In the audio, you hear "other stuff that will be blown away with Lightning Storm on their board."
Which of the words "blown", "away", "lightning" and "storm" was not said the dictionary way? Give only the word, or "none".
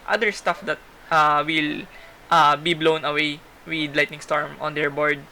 none